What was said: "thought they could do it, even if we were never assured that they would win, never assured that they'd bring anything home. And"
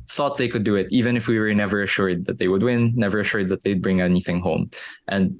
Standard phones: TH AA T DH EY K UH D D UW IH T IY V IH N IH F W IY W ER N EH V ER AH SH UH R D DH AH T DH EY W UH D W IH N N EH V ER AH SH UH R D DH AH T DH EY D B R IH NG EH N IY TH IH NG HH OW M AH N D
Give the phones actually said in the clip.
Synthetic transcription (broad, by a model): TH AA T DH EY K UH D D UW IH T IY V IH N IH F W IY W ER N EH V ER AH SH UH R D DH AH T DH EY W UH D W IH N N EH V ER AH SH UH R D DH AH T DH EY D B R IH NG EH N IY TH IH NG HH OW M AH N D